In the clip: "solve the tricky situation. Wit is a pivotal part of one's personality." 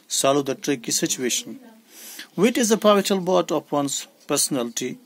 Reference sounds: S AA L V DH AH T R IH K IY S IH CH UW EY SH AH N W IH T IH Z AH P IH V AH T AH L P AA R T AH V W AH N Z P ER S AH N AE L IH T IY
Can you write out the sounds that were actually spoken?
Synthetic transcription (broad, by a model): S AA L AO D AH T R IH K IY S IH CH UW EY SH AH N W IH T IH Z AH P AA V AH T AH L B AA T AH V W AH N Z P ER S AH N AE L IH T IY